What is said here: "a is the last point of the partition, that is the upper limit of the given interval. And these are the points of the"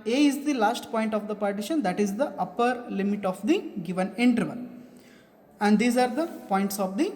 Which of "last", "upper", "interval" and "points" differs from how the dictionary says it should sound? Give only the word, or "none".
interval